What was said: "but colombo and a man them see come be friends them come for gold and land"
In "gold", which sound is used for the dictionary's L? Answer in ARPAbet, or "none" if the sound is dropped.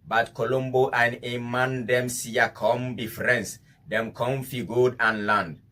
none